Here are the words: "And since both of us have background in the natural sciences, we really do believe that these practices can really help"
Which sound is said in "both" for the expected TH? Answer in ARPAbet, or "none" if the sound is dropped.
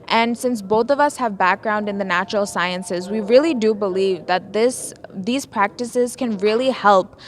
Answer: TH